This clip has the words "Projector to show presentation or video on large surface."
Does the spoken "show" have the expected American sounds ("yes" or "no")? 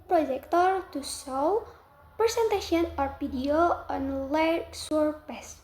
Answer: no